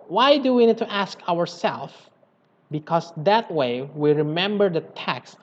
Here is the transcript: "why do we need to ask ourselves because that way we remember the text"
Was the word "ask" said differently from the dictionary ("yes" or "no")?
no